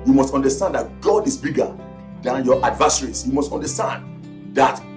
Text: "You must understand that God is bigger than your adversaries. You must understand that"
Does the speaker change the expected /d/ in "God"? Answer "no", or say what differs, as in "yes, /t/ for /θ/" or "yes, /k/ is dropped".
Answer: no